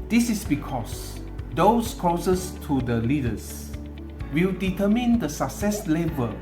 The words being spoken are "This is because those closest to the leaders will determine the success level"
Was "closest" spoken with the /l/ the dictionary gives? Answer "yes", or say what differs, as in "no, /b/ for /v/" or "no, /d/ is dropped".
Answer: no, /l/ is dropped